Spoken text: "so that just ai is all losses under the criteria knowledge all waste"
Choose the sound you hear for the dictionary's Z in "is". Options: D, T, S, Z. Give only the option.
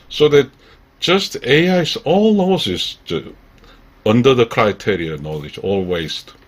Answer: S